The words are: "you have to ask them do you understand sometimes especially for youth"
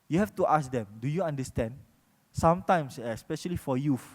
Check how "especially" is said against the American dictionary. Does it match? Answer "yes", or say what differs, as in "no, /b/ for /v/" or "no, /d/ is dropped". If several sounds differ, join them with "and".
yes